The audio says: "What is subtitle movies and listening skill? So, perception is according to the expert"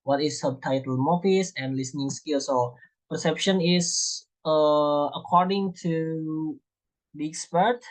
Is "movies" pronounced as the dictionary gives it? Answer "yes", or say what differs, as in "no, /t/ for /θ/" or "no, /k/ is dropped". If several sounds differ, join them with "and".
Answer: no, /f/ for /v/ and /s/ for /z/